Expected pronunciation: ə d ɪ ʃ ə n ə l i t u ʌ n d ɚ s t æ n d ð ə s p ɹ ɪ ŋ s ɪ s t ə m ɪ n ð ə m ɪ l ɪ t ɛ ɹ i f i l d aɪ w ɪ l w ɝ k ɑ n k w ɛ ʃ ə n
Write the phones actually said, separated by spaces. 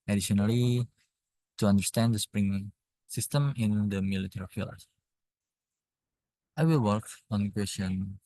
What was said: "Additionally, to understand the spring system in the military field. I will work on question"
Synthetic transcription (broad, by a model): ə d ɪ ʃ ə n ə l i t u ʌ n d ɚ s t æ n d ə s p ɹ ɪ ŋ s ɪ s t ə m ɪ n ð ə m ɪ l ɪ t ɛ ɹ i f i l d aɪ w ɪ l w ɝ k ɑ n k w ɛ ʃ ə n